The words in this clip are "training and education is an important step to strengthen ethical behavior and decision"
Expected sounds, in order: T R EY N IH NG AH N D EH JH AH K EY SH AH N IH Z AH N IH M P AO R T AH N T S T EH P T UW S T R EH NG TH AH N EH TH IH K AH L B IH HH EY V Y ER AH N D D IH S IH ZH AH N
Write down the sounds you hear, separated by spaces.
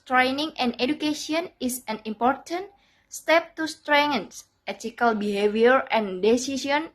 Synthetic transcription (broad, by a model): T R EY N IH NG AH N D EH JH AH K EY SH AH N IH S AH N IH M P AO R T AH N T S T EH P T UW S T R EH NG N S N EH T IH K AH L B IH HH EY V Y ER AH N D D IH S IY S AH N